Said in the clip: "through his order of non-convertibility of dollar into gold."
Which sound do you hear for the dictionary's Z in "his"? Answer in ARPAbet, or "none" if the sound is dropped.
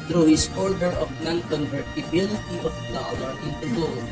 S